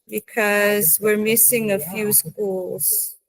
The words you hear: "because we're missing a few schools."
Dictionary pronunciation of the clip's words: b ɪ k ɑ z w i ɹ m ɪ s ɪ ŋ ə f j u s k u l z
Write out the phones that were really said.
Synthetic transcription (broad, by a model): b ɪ k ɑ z w i ɹ m ɪ s ɪ ŋ ə f j u s k u l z